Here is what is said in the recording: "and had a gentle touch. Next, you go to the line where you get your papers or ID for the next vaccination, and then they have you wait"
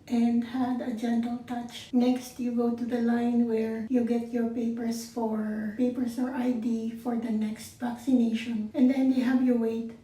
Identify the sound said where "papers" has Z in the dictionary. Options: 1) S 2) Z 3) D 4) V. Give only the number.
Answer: 1